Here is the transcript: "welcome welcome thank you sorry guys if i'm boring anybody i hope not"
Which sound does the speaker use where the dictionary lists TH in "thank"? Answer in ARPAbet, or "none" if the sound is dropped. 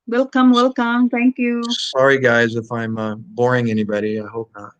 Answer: T